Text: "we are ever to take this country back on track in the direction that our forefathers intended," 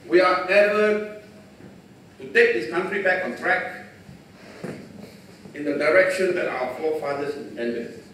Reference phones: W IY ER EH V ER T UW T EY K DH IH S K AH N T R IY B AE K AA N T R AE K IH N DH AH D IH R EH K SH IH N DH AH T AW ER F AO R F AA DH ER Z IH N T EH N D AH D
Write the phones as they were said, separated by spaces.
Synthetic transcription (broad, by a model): W IY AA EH B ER T UW T EY K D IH S K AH N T R IY B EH K AA N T R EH K IH N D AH D IH R EH K SH IH N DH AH T AW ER F AO F AA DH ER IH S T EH N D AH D